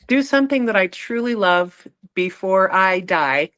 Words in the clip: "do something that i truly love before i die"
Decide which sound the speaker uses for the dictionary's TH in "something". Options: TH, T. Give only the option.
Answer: TH